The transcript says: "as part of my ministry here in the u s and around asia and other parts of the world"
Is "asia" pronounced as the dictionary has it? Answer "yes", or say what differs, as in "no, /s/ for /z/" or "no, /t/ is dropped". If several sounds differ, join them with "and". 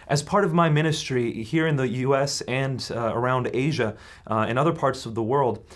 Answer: yes